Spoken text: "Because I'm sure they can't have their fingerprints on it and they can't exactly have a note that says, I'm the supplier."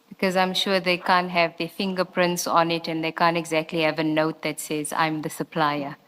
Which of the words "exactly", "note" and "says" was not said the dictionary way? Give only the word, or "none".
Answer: none